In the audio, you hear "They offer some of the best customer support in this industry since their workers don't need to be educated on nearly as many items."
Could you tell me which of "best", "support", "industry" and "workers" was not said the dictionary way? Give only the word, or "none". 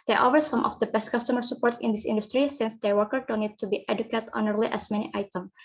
workers